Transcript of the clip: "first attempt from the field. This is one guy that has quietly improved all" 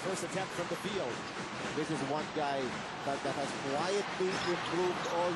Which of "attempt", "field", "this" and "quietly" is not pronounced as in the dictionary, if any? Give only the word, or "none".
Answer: attempt